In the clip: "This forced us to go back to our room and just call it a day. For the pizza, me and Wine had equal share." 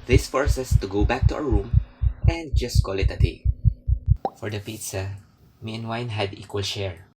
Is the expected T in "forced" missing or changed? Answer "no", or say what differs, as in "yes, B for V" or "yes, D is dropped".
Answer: yes, T is dropped